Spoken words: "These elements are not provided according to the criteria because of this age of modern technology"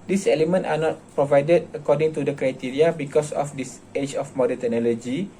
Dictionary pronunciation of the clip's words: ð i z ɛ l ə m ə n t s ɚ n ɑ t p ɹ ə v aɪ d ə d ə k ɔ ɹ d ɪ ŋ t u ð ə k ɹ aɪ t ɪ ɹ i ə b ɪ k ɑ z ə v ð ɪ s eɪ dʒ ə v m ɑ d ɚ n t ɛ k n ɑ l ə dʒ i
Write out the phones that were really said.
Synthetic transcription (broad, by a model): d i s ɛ l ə m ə n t ɑ n ɑ t p ɹ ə v aɪ d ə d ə k ɔ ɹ d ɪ ŋ t u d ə k ɹ aɪ t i ɹ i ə b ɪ k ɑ s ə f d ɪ s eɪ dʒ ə f m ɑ d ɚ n t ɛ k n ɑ l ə dʒ i